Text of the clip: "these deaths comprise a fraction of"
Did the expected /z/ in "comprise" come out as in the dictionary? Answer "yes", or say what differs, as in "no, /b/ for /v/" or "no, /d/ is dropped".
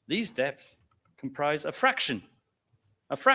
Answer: yes